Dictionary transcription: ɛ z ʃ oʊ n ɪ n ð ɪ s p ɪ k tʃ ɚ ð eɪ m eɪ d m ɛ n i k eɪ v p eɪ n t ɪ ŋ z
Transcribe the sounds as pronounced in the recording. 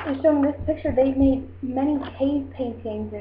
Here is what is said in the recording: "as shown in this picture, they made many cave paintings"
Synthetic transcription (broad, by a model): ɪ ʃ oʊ ɪ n ð ɪ s p ɪ k tʃ ɚ ð eɪ m eɪ d m ɛ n i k eɪ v p eɪ n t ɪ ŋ z